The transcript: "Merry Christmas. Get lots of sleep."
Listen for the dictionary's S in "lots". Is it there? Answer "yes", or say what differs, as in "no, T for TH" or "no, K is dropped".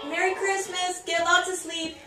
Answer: no, S is dropped